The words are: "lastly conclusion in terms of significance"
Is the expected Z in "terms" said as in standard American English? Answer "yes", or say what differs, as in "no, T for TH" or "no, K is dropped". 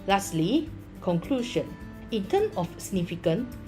no, Z is dropped